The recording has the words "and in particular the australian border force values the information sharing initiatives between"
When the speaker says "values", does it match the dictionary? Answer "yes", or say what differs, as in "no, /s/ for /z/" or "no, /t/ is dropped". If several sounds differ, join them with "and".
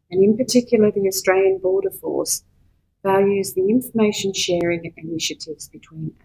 yes